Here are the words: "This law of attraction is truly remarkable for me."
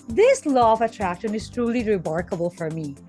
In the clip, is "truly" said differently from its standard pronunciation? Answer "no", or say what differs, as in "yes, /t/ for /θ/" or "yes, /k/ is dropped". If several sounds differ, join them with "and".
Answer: no